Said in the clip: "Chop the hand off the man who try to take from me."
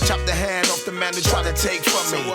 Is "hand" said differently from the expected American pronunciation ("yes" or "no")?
no